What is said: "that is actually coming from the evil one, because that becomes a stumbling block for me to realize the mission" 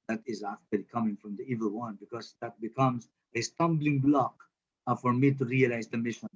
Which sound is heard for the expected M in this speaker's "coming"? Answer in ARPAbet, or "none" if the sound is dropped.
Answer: M